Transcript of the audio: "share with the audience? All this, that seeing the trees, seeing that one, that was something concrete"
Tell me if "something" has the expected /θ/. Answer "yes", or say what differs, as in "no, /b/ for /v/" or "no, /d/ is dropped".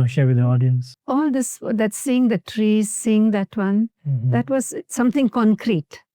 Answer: no, /t/ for /θ/